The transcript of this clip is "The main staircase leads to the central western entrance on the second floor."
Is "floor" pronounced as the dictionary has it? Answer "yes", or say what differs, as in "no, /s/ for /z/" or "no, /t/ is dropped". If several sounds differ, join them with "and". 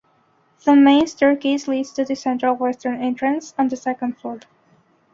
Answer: no, /l/ is dropped